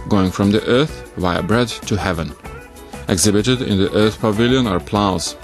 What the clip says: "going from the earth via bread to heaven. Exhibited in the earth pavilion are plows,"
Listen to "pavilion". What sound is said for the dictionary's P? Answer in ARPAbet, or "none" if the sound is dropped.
P